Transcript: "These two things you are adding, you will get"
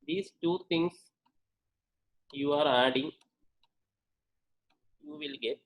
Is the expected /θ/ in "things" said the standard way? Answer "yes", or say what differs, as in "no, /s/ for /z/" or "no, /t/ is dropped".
no, /t/ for /θ/